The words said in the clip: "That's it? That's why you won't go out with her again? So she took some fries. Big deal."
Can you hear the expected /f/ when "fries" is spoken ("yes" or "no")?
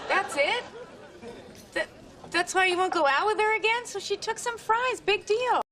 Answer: yes